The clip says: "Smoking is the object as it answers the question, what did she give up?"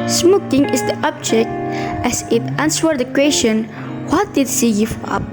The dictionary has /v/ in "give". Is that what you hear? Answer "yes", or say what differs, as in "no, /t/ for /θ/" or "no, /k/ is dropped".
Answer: no, /f/ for /v/